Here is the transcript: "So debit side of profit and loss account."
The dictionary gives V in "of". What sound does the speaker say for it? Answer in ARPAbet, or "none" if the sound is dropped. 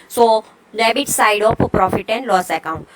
P